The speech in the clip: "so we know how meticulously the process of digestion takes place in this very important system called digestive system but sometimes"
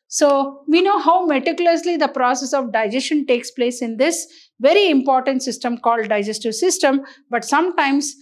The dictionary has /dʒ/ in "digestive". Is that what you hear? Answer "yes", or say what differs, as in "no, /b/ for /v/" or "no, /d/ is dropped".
yes